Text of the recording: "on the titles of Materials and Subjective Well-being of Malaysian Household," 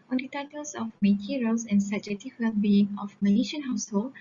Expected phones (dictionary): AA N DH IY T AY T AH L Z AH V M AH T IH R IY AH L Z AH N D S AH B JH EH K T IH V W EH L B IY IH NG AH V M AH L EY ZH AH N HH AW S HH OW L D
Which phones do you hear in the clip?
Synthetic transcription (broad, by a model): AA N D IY T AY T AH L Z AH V M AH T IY R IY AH L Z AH N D S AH JH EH T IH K W EH L B IY IH NG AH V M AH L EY SH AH N HH AW S HH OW L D